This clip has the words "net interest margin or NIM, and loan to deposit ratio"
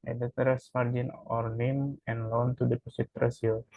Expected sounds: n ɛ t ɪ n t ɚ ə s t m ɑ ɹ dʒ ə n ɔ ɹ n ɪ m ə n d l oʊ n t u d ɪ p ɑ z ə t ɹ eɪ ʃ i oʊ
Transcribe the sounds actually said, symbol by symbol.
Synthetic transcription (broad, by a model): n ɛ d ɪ t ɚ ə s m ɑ ɹ dʒ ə n ɔ ɹ n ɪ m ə n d l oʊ n t u d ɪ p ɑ s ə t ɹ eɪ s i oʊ